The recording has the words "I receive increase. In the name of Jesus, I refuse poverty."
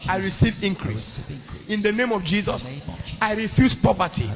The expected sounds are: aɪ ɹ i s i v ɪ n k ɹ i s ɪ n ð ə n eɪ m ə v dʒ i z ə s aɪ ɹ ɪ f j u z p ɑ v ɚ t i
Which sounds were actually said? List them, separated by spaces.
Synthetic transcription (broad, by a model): aɪ ɹ i s i v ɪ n k ɹ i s ɪ n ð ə n eɪ m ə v dʒ i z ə s aɪ ɹ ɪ f j u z p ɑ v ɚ t i